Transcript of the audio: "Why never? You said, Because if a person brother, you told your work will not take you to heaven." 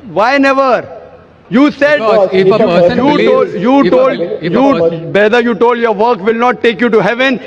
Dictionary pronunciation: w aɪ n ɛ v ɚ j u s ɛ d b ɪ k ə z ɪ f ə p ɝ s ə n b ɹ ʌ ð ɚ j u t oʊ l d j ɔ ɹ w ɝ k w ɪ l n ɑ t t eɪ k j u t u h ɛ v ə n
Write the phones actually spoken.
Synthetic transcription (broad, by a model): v aɪ n ɛ v ɚ j u s ɛ d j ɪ ə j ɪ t ə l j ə b ɛ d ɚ j u t oʊ l d j ɔ ɹ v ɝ k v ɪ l n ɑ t t eɪ k j u t u h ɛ v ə n